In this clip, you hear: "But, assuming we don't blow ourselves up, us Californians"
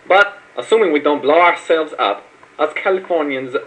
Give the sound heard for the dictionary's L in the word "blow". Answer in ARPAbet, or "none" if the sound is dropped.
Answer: L